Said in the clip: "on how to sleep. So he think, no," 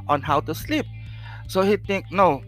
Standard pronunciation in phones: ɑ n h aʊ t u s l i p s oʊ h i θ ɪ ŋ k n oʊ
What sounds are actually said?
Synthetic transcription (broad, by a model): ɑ n h aʊ t u s l i p s oʊ h i t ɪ ŋ k n oʊ